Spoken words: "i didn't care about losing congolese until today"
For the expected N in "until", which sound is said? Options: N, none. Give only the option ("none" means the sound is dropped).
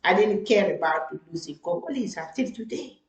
none